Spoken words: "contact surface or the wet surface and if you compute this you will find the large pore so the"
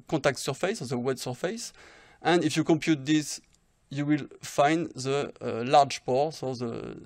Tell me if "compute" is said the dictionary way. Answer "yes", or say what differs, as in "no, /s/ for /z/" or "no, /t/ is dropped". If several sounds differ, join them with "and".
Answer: yes